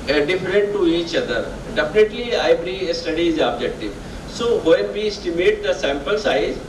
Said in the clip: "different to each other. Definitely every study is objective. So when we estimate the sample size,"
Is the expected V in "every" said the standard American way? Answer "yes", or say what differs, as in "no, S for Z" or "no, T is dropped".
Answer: no, B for V